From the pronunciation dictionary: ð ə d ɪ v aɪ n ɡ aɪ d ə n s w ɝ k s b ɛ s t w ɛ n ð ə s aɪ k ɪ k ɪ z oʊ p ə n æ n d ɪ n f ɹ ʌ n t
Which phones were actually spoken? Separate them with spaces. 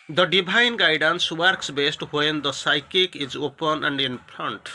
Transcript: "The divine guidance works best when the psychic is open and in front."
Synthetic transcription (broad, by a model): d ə d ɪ b aɪ n ɡ aɪ d ə n s w ɝ k s b ɛ s t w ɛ n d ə s aɪ k ɪ k ɪ z oʊ p ə n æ n d ɪ n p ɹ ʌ n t